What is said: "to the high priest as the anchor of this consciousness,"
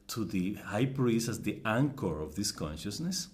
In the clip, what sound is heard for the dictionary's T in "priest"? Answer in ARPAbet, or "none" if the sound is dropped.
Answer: none